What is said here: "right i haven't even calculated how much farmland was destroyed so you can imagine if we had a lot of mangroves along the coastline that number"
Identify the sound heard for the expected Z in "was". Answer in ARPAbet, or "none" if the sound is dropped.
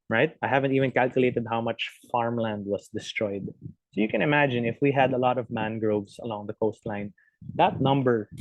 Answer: S